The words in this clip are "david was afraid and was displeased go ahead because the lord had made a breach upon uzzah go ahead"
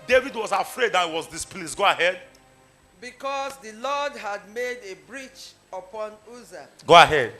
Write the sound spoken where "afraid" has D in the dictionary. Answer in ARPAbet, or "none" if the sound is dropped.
D